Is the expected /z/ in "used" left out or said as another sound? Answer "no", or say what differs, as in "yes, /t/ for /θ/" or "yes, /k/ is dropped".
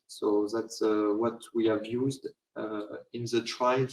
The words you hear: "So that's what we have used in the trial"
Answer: no